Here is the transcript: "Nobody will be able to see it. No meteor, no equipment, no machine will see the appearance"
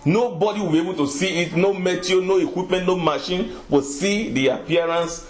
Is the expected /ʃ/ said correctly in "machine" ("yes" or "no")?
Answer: yes